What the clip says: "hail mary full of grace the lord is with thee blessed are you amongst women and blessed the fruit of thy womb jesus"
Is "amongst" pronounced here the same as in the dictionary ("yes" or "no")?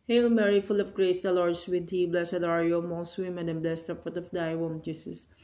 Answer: no